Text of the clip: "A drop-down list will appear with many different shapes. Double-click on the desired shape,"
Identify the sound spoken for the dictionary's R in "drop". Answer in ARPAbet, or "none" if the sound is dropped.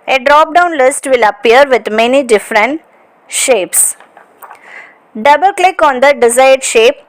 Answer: R